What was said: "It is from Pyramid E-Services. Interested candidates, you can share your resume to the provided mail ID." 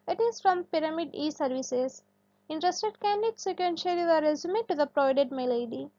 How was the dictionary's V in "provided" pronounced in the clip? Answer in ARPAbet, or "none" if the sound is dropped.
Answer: none